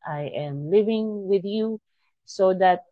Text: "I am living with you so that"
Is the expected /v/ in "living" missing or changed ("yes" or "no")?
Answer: no